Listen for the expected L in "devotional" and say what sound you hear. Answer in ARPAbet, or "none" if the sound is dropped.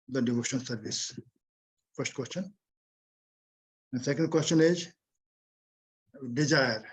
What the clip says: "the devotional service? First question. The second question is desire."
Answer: N